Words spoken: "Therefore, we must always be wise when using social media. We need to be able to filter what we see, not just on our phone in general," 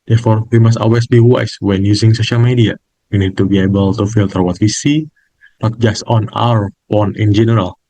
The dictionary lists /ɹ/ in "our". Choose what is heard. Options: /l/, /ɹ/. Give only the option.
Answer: /ɹ/